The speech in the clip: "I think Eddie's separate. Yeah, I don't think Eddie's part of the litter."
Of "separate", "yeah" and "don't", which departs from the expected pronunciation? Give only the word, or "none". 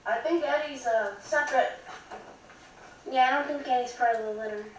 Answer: none